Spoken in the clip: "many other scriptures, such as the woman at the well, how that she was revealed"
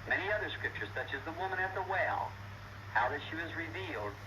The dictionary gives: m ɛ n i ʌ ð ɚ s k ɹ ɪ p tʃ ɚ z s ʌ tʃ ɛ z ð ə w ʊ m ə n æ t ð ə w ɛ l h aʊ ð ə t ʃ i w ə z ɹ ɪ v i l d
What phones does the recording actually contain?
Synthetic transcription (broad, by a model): m ɛ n i ʌ ð ɚ s k ɹ ɪ p tʃ ɚ z s ʌ tʃ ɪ z ð ə w ʊ m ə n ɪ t ð ə w ɛ l h aʊ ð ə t ʃ i w ə z ɹ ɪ v i l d